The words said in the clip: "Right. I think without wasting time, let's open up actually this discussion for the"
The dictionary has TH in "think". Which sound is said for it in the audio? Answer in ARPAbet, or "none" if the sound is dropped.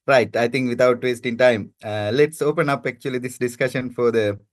T